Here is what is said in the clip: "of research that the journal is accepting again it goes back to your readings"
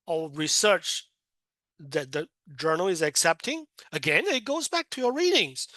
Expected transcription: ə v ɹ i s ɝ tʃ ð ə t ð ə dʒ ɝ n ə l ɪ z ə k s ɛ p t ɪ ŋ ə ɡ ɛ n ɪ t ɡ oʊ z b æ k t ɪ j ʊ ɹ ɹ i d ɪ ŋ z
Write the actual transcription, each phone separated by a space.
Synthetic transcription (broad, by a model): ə ɹ i s ɝ tʃ ð ə t ð ə dʒ ɝ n l ɪ z ə k s ɛ p t ɪ ŋ ə ɡ ɛ n ɪ t ɡ oʊ z b æ k t ɪ j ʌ ɹ ɹ i d ɪ ŋ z